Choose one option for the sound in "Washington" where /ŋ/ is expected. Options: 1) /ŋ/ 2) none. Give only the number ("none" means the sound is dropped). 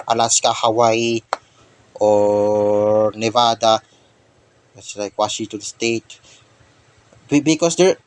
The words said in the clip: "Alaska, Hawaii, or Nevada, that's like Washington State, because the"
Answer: 2